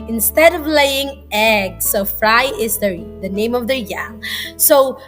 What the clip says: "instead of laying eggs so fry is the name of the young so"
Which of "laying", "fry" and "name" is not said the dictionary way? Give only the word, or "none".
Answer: none